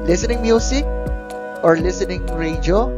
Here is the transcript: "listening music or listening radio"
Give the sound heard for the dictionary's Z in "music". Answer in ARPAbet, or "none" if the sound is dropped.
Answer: S